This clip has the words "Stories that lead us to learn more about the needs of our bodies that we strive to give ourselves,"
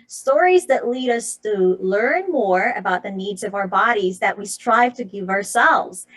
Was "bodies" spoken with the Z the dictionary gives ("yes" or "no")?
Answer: yes